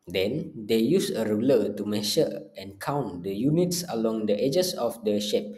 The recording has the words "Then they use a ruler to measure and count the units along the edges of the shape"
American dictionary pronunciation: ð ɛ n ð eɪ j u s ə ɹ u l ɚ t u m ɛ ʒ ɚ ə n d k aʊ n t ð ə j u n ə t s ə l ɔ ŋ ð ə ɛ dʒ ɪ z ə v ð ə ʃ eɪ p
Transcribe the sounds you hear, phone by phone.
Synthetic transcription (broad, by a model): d ɛ n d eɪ j u s ə ɹ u l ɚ t u m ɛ ʃ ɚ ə n k aʊ n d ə j u n ə t s ə l ɔ ŋ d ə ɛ dʒ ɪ s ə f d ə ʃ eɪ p